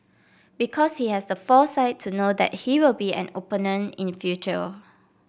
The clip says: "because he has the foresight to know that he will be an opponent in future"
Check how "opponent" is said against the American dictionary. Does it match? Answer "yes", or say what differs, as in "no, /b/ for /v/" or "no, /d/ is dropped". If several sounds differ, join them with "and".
no, /t/ is dropped